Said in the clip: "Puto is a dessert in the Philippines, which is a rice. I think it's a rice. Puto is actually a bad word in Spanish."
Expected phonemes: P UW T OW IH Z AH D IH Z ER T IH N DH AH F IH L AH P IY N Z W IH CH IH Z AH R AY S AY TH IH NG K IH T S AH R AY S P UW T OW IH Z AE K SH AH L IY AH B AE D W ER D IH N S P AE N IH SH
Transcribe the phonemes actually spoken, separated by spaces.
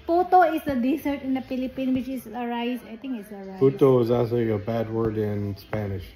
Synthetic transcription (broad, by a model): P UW T OW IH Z AH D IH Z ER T IH N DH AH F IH L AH P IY N W IH CH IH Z AH R AY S AY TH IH NG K IH T S AH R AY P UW T OW IH Z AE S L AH IY AH B AE D W ER D IH N S P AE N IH SH